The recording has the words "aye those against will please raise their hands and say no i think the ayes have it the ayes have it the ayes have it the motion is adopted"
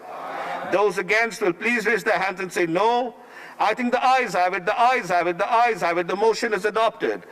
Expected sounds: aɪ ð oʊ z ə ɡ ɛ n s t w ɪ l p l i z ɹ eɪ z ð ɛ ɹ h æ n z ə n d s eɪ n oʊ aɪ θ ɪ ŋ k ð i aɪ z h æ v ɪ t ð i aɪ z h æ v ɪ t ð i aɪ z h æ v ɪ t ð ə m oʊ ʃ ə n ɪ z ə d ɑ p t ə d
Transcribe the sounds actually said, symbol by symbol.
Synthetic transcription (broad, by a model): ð oʊ z ə ɡ ɛ n s t w ɪ l p l i z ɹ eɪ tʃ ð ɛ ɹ h æ n z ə n s eɪ n oʊ aɪ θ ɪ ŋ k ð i aɪ z h æ v ɪ t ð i aɪ z h æ v ɪ t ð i aɪ z h æ v ɪ t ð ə m oʊ ʃ ə n ɪ z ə d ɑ p t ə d